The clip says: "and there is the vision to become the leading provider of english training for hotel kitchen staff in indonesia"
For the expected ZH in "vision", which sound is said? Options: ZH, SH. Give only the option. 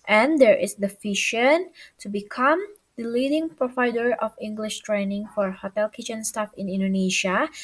SH